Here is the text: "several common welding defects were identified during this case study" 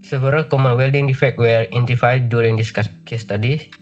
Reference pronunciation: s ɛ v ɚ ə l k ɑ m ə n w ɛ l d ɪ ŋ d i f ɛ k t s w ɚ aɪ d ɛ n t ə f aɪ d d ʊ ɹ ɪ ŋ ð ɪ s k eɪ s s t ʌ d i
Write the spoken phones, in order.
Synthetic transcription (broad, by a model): s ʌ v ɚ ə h k ɑ m ə n w ɛ l d ɪ ŋ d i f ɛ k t w ɚ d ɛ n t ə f aɪ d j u ɹ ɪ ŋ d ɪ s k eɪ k s t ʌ d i